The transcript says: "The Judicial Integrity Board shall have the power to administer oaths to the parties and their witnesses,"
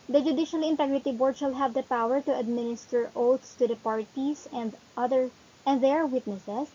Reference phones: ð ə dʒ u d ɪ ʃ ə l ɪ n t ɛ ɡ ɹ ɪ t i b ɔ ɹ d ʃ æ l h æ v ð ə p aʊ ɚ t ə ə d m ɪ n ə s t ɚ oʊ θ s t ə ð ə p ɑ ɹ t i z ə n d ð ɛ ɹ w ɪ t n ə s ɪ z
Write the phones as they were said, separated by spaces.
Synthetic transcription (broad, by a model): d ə dʒ u d ɪ ʃ ə l ɪ n t ɛ ɡ ɹ ɪ t i b ɔ ɹ d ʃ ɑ l h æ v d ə p aʊ ɚ t ə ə d m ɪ n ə s t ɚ oʊ t s t ə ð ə p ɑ ɹ t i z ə n d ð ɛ ɹ w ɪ t n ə s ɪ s